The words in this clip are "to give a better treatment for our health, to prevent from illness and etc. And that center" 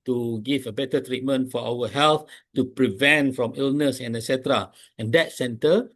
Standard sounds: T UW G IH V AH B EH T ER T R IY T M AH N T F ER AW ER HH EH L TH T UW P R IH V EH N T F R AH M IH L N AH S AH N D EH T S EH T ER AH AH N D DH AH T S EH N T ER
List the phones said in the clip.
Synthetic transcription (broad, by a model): T UW G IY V AH B EH T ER T R IY T M AH N T F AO AW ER HH EH L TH T UW P R IH V EH N T F R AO M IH L N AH S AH N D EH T S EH T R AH AH N D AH T S EH N T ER